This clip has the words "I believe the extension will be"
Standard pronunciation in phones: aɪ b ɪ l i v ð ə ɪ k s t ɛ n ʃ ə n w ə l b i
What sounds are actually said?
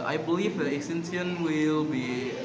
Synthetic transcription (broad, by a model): aɪ b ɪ l i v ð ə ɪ s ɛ n s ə n w ə l b i